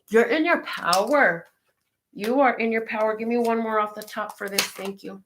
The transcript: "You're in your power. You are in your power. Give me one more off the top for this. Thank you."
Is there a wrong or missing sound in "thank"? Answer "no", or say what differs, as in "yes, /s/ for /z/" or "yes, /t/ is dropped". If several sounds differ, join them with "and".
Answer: no